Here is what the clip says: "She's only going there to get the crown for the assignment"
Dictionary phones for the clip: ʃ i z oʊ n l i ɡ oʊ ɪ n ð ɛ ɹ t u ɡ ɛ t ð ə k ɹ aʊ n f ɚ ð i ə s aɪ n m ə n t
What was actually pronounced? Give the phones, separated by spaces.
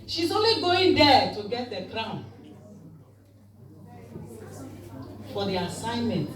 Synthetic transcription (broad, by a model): ʃ i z oʊ n l i ɡ oʊ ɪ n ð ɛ t u ɡ ɛ t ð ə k ɹ aʊ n f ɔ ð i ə s aɪ n m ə n t